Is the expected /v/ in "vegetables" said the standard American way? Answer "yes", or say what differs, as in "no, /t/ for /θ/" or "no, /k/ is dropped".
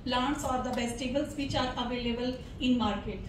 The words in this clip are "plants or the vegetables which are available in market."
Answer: no, /b/ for /v/